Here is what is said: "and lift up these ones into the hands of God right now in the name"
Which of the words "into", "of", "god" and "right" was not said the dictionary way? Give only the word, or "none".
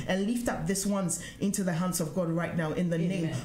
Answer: none